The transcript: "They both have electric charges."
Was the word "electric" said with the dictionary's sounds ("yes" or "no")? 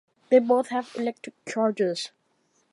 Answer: no